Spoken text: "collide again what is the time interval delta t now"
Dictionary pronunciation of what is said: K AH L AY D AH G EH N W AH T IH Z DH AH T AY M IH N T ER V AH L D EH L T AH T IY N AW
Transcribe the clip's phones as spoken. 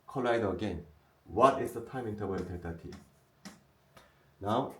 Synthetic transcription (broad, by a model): K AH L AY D AH G EH N W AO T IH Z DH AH T AY M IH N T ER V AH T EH T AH T IY N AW